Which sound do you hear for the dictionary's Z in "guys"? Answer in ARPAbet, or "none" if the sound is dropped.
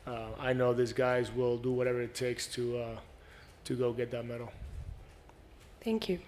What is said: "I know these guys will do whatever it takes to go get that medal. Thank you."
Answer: Z